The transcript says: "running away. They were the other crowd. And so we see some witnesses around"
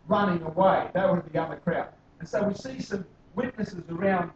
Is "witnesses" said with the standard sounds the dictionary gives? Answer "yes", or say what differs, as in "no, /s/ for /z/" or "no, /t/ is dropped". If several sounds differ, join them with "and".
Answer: yes